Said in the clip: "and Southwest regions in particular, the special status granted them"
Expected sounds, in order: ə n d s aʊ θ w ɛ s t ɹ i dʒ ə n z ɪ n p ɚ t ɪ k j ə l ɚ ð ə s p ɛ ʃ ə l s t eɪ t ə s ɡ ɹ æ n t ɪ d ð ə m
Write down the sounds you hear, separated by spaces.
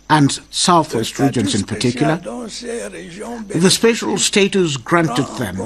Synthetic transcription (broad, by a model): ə n s aʊ θ w ɛ s t ɹ i dʒ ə n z ɪ n p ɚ t ɪ k j l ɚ ð ə s p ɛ ʃ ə l s t eɪ t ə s ɡ ɹ æ n t ɪ d ð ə m